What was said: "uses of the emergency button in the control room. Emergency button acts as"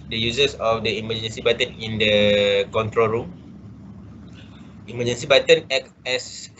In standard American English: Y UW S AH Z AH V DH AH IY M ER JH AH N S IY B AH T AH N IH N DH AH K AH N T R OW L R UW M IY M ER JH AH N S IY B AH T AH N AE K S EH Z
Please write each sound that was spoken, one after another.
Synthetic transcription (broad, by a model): Y UW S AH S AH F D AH IY M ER JH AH N S IY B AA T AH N IH N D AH K AH N T R OW L R UW M IY M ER JH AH N S IY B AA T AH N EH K EH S